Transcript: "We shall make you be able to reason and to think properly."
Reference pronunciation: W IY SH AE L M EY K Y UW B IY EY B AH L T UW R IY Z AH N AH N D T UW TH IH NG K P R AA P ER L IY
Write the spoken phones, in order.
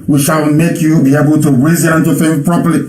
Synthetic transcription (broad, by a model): W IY SH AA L M EY K Y UW B IY EY B AH L T UW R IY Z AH L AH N T UW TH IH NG P R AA P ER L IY